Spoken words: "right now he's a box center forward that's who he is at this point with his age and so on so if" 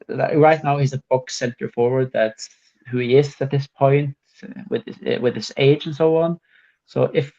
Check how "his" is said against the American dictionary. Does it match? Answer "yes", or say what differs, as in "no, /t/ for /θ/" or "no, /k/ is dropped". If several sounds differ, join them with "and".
no, /s/ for /z/